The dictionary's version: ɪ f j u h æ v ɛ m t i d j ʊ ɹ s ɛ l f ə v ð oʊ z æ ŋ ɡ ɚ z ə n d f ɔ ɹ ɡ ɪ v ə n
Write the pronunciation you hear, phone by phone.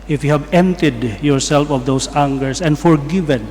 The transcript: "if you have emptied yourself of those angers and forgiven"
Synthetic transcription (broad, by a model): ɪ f j u h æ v ɛ m t i d j ʊ ɹ s ɛ l f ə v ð oʊ s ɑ ŋ ɡ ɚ s ə n d f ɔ ɹ ɡ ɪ v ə n